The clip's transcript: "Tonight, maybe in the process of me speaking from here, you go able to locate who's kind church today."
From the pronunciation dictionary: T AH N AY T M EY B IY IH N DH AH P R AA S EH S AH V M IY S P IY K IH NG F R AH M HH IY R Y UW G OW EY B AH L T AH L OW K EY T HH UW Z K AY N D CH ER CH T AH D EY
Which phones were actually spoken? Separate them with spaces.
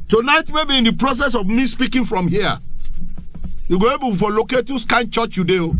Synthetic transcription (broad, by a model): T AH N AY T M EY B IY IH N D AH P R AA S EH S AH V M IY S P IY K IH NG F R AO M HH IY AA Y UW G OW EY B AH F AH L OW K EY T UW S K AY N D CH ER CH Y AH D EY